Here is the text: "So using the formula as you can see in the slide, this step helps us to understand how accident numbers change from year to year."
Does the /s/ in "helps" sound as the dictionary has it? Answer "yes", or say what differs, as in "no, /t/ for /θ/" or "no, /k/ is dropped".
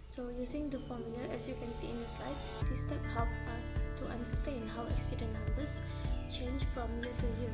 no, /s/ is dropped